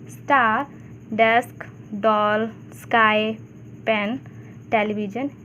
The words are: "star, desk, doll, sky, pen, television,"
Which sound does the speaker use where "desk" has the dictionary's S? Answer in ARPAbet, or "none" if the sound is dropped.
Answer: S